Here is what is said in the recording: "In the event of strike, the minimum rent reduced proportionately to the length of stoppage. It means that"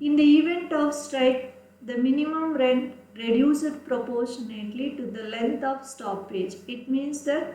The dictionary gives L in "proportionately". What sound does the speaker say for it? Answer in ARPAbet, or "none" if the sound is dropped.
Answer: L